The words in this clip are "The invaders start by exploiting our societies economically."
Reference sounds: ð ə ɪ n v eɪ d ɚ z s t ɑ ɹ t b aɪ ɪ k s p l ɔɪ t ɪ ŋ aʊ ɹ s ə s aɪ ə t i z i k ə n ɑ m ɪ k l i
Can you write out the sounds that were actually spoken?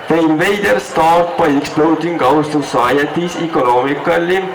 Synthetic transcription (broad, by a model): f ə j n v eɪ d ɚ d s t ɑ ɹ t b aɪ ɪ k s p l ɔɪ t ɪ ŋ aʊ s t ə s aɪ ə t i s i k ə n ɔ m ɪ k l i